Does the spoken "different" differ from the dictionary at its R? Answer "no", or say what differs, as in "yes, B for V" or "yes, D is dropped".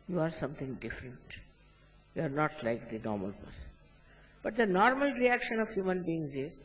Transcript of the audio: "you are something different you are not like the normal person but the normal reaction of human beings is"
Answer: no